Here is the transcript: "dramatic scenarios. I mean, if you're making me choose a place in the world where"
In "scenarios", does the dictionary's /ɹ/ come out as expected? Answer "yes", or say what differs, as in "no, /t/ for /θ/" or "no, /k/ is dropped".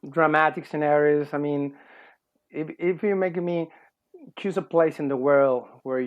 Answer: yes